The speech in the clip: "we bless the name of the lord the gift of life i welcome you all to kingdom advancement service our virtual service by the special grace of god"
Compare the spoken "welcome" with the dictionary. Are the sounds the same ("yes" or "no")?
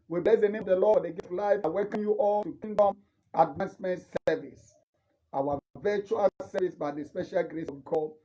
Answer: no